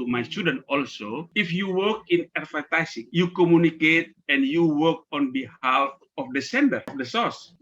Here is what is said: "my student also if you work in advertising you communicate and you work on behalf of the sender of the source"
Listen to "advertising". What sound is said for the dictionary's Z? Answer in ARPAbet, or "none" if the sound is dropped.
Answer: S